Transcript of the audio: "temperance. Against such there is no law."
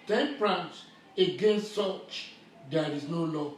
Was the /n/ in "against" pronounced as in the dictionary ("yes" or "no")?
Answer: yes